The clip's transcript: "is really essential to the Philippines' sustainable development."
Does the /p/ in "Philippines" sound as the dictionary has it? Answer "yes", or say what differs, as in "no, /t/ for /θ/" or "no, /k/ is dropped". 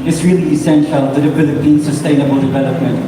no, /b/ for /p/